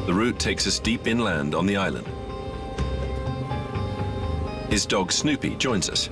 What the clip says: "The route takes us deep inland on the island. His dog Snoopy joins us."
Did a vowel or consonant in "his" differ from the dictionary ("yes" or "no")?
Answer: no